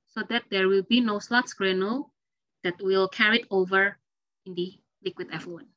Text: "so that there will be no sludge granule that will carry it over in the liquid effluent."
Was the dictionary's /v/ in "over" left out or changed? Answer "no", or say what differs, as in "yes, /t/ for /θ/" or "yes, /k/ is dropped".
no